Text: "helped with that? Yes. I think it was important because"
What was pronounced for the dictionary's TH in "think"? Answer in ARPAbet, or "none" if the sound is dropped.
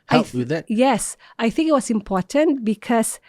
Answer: TH